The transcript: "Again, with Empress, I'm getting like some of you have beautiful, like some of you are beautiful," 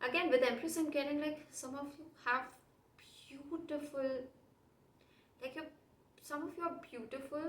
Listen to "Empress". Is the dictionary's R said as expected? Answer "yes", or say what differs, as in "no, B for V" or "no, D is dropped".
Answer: no, L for R